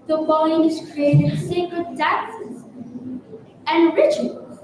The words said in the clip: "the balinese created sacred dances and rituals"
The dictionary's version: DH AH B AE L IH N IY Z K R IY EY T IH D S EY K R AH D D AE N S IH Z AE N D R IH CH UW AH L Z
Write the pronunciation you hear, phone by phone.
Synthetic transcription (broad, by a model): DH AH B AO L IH IH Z K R IY EY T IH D S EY K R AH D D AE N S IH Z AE N R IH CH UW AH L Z